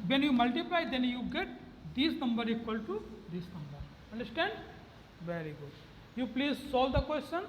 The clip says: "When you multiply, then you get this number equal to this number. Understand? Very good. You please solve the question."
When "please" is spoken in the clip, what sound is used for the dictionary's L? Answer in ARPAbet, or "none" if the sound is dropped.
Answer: L